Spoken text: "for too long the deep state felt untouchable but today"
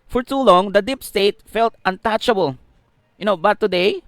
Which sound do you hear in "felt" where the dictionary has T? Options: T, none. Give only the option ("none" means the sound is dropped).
T